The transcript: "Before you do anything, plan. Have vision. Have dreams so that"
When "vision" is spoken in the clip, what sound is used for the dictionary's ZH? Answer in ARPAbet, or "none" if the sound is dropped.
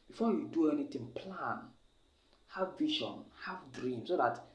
SH